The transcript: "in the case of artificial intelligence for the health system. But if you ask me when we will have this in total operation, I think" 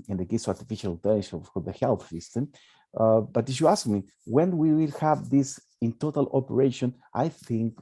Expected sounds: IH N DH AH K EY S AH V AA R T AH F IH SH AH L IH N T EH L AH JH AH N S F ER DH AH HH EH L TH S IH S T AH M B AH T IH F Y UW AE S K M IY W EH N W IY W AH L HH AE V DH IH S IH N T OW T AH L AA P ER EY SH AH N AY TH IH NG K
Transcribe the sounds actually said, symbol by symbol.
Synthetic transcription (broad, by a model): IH N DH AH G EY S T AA R T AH F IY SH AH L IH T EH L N SH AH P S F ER DH AH HH EH L TH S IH S T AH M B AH T IH F Y UW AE S K M IY W EH N W IY W AH L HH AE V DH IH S IH N T OW T AH L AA P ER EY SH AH N AY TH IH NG K